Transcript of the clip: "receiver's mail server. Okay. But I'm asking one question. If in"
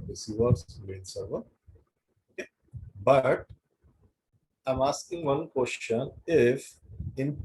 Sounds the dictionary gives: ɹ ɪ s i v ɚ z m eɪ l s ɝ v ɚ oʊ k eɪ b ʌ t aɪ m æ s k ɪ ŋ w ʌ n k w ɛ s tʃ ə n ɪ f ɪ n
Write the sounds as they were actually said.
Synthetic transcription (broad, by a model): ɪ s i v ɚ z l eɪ n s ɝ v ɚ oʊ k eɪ b ʌ t aɪ m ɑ s k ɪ ŋ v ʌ n k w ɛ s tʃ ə n ɪ f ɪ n